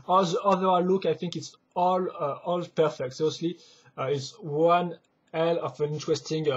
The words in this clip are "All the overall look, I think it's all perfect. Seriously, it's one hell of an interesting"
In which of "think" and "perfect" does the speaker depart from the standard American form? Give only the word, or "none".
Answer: none